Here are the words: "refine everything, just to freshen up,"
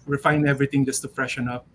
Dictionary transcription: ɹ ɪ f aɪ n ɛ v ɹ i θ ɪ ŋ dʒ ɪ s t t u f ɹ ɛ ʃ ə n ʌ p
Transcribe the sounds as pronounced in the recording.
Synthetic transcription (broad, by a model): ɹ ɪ f aɪ n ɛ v ɹ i t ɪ ŋ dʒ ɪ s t t u f ɹ ɛ ʃ ə n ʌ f